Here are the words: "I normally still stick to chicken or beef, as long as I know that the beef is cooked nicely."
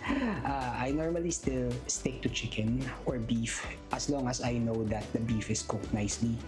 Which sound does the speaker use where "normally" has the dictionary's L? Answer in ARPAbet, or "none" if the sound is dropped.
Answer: L